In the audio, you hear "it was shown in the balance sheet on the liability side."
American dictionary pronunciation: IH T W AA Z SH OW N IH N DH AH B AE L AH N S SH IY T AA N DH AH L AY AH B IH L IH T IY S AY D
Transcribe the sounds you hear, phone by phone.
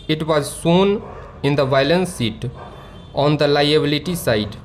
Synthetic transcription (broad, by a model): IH T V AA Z S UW N IH N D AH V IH L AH N S IY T AA N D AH L AY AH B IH L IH T IY S AY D